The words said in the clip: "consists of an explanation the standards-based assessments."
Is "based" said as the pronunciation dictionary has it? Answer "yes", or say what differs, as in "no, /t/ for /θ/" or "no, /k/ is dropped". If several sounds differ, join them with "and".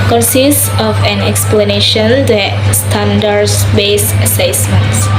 no, /t/ is dropped